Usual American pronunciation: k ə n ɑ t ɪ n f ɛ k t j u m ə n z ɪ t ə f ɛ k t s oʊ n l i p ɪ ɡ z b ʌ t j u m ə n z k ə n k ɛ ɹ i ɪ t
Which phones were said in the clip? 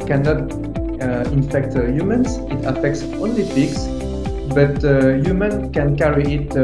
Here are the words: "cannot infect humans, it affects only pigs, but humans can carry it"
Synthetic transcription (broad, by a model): k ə n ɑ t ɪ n f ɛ k t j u m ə n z ɪ t ə f ɛ k t s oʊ n l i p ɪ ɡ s b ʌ t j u m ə n k ə n k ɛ ɹ i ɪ t